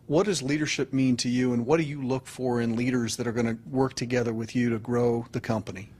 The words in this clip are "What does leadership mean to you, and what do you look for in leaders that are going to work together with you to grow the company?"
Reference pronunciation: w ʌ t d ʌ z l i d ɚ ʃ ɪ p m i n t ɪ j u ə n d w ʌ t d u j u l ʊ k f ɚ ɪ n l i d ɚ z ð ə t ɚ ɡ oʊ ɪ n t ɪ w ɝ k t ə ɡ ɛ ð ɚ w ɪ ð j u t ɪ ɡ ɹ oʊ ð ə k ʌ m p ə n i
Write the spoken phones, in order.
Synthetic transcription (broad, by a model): w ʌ t d ʌ z l i d ɚ ʃ ɪ p m i n t ɪ j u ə n w ʌ t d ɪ j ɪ l ʊ k f ɚ ɪ n l i d ɚ z ð ə t ɚ ɡ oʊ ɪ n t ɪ w ɝ k t ə ɡ ɛ ð ɚ w ɪ ð j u t ɪ ɡ ɹ oʊ ð ə k ʌ m p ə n i